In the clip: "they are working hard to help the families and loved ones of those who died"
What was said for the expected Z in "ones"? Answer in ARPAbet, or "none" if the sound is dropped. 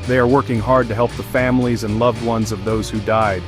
Z